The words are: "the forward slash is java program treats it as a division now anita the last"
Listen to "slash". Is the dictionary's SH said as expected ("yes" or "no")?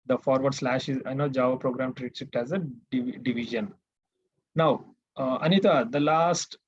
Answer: yes